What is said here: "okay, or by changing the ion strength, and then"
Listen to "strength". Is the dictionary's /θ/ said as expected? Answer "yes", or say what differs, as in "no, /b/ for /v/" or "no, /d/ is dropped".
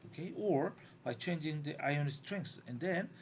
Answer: no, /s/ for /θ/